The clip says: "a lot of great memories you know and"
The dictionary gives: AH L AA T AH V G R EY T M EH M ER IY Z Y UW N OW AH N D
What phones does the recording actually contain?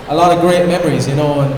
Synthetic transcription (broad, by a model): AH L AA T AH V G R EY T M EH M ER IY Z Y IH N OW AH N